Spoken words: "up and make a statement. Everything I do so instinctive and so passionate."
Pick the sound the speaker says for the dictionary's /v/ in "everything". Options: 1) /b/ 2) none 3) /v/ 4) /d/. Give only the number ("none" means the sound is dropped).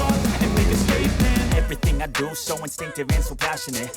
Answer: 3